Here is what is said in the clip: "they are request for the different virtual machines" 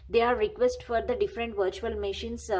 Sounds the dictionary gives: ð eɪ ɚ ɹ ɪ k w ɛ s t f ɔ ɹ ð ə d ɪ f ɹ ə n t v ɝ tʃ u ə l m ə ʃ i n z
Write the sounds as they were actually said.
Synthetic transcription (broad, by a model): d eɪ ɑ ɹ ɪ k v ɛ s t f ɔ ɹ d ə d ɪ f ɹ ə n t v ɝ tʃ u ə l m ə ʃ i n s